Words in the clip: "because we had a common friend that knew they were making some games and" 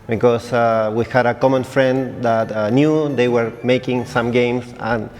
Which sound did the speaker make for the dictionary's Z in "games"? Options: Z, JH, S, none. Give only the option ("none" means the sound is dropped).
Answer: S